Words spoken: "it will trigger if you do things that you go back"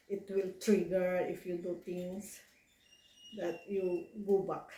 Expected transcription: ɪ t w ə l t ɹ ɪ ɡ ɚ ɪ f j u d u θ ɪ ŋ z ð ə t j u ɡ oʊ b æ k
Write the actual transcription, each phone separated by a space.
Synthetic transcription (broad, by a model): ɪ t w ə l t ɹ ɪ ɡ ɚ ɪ f j u d u t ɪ ŋ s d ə t j u ɡ oʊ b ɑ k